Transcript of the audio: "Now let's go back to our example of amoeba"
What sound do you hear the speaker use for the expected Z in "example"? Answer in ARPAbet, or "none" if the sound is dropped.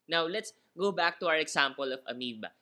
S